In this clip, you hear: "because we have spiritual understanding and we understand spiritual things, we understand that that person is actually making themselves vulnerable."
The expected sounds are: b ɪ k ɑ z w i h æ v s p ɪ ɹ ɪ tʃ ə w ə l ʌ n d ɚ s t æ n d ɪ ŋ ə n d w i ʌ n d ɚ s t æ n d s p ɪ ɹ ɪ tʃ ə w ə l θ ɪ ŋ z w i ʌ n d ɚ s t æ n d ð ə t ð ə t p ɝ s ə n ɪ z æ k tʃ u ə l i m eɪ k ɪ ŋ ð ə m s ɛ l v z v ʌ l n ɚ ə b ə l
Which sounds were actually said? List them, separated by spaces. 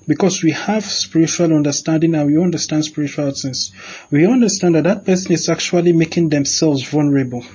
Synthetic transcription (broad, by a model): b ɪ k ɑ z w i h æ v s p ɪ ɹ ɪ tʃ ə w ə l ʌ n d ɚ s t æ n d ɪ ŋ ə n w i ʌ n d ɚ s t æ n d s p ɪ ɹ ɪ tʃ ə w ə l s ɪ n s w i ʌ n d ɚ s t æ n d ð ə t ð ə t p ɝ s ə n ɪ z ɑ k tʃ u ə l i m eɪ k ɪ ŋ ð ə m s ɛ l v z v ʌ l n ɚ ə b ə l